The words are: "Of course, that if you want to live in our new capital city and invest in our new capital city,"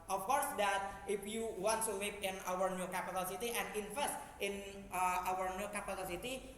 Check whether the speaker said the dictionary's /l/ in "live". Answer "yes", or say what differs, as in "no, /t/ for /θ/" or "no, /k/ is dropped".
no, /w/ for /l/